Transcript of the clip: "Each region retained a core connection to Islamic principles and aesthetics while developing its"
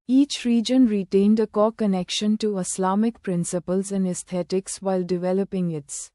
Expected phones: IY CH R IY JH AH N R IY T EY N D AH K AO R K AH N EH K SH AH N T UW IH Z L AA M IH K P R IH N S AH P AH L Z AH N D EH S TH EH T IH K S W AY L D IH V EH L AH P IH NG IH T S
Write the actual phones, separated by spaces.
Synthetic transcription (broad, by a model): IY CH R IY JH AH N R IY T EY N D AH K AO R K AH N EH K SH AH N T UW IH S L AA M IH K P R IH N S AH P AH L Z AH N D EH S T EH T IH K S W AY L D IH V EH L AH P IH NG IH T S